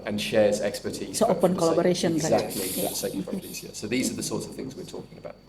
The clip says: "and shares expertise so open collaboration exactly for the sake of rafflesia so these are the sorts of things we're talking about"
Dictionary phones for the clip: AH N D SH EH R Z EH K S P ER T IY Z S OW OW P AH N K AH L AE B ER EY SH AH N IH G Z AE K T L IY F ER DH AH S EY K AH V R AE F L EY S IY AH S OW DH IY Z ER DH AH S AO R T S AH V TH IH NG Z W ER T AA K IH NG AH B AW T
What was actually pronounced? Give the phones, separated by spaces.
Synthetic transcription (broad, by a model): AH N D SH EH Z EH K S P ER T IY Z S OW OW P AH N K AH L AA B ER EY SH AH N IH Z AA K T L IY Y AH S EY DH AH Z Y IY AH S OW DH IY Z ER DH AH S AO T S AH V TH IH NG Z W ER T AA K IH NG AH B AW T